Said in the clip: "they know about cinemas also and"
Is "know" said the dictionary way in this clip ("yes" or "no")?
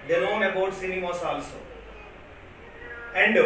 no